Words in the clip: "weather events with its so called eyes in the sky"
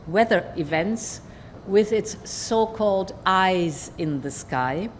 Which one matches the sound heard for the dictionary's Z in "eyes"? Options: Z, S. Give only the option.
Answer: Z